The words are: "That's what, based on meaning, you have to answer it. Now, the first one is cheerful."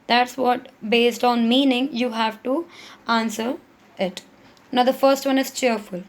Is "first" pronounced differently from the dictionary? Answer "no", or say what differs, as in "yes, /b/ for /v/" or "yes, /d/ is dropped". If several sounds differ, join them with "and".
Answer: no